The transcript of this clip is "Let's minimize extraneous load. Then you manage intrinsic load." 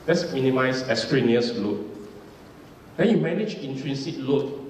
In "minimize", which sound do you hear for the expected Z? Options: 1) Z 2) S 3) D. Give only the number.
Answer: 2